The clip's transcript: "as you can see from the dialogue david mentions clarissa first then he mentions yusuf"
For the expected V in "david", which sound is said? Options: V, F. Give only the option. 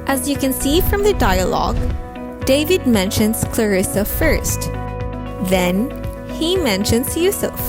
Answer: V